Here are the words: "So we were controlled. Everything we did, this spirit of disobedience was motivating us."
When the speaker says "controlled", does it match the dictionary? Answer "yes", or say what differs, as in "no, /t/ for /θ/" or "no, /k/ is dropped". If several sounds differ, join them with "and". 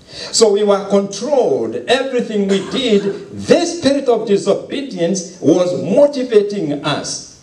yes